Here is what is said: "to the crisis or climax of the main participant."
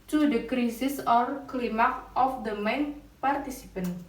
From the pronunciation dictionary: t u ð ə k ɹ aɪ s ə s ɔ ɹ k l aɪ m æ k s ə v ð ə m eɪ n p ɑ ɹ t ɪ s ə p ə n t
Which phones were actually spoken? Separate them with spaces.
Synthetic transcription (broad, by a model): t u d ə k ɹ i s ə s ɔ ɹ k l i m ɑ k ə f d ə m eɪ n p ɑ ɹ t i s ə p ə n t